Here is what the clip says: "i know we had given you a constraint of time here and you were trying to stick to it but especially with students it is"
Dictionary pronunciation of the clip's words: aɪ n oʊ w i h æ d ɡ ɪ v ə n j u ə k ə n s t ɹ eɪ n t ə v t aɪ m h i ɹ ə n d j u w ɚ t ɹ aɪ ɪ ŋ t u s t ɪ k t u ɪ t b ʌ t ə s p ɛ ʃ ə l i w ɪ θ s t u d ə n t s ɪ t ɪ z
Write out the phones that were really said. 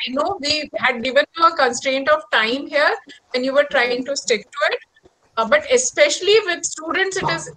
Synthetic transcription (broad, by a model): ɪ n oʊ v i h æ d ɡ ɪ v ə n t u ə k ə n s t ɹ eɪ n t ə v t aɪ m h i ɹ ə n j u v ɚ t ɹ aɪ ɪ ŋ t u s t ɪ k t u ɪ t b ʌ t ə s p ɛ ʃ ə l i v ɪ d s t u d ə n t s ɪ t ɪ z